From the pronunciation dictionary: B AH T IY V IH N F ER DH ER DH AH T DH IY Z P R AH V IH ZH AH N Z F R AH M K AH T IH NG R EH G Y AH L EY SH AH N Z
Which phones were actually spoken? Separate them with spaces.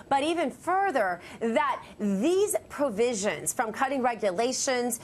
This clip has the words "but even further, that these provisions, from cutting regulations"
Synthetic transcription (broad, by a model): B AH T IY V IH N F ER DH ER DH AH T DH IY Z P R AH V IH ZH AH N Z F R AH M K AH T IH NG R EH G Y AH L EY SH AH N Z